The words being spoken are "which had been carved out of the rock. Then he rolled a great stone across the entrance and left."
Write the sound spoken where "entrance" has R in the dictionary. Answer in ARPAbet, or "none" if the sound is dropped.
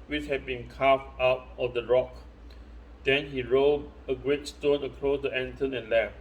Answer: none